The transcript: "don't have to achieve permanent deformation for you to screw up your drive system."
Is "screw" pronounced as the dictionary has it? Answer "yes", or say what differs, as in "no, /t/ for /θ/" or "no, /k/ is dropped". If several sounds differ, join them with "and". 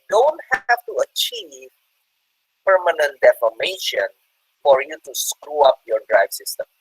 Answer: yes